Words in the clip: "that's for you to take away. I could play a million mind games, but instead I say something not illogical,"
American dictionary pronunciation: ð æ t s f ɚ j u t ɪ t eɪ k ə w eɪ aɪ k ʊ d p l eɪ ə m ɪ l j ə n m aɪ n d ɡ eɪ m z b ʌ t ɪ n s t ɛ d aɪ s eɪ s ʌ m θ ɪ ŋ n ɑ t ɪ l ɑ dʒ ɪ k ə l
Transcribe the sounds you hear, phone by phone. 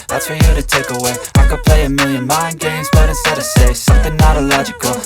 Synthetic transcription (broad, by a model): ð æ t s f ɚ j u t ɪ t eɪ k ə w eɪ aɪ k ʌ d p l eɪ ə m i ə n m aɪ n ɡ eɪ m z b ʌ t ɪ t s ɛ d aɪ s eɪ s ʌ m θ ɪ ŋ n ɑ t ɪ l ɑ dʒ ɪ k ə l